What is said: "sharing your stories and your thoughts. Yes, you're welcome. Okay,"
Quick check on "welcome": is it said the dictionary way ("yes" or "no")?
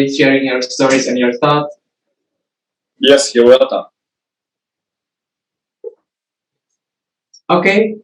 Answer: no